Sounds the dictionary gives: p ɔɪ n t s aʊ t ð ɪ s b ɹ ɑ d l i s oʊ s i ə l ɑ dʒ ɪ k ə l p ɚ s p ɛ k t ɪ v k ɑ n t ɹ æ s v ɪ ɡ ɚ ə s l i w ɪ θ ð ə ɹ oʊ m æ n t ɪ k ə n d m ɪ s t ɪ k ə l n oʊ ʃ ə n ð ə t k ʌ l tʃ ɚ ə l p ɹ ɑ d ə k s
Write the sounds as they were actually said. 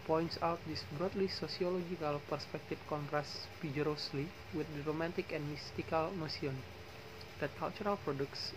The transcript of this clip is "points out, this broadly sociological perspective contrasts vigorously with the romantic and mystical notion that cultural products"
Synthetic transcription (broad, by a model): p ɔɪ n t s aʊ t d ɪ s b ɹ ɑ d l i s oʊ s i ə l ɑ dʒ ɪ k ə l p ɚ s p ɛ k t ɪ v k ɑ n t ɹ æ s f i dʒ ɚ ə s l i w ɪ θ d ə ɹ oʊ m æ n t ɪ k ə n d m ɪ s t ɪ k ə l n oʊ s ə n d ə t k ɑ l tʃ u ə l p ɹ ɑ d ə k s